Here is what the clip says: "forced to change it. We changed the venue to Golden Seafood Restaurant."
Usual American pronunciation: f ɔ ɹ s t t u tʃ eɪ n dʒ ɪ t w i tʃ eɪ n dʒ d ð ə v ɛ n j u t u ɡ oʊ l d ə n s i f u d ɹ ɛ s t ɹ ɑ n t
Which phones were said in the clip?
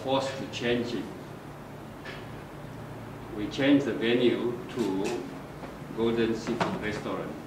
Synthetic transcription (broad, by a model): f ɔ s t t u tʃ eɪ n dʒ ɪ t w i tʃ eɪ n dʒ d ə v ɛ n j u t u ɡ oʊ l d ə n s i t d ɹ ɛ s t ɹ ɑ n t